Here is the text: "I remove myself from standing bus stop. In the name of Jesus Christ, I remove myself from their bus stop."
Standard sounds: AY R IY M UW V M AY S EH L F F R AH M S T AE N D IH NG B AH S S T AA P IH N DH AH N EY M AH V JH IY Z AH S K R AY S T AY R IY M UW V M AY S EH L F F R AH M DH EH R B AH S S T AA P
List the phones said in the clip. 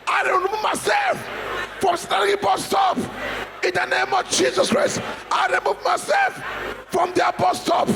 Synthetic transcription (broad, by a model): AY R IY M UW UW M AY S EH L F F R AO M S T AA D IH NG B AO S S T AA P IH N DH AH N EY M AH V JH IY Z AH S K R AY S T AY R IY M UW V M AY S EH L F F R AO M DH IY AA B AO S S T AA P